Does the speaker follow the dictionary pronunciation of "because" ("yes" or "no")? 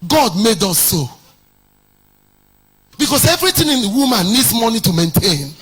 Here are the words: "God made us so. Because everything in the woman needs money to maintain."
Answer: no